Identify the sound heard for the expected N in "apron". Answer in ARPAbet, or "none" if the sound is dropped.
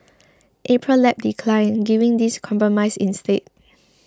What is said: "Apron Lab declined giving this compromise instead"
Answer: L